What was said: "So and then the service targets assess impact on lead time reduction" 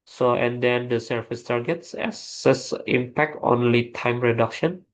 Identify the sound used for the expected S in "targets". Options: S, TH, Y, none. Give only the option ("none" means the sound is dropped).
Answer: S